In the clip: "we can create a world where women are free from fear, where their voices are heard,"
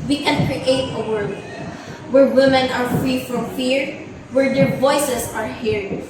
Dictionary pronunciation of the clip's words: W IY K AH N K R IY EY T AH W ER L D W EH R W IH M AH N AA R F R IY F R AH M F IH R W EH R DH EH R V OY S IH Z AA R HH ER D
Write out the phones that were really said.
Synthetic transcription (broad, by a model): W IY K AH N K R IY EY T AH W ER D W EH R W IH M AH N AA R F R IY F R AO M F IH R W EH R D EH R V OY S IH S AA R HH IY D